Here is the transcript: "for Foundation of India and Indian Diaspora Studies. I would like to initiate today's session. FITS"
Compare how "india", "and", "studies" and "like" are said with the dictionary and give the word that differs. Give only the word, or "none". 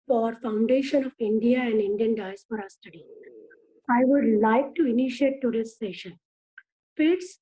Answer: studies